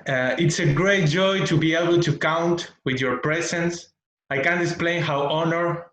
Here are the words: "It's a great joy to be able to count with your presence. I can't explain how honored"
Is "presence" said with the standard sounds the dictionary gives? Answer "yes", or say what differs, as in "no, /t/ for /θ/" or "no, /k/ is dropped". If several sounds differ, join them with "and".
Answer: no, /s/ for /z/